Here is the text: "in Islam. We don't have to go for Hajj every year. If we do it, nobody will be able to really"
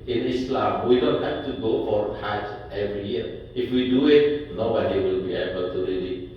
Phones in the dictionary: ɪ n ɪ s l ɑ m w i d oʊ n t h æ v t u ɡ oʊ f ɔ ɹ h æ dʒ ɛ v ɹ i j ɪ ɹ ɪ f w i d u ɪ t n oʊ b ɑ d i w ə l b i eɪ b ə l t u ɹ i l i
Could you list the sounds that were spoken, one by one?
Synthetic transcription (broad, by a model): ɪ n ɪ s l ɑ m w i d oʊ n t h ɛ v t u ɡ oʊ f ɔ ɹ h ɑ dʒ ɛ v ɹ i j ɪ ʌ ɪ f w i d u ɪ t n oʊ b ɑ d i w ə l b i eɪ b ə l t u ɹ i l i